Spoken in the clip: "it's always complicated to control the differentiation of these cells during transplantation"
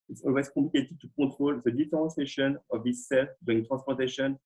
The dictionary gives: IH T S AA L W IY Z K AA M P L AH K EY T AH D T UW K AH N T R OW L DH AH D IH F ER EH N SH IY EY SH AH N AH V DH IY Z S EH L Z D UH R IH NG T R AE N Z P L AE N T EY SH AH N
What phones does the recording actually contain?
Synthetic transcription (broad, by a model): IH T S AA L W IY Z K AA P L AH K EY T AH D T UW K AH T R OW L DH AH D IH F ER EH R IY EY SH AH N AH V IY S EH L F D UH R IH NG T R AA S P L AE T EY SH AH N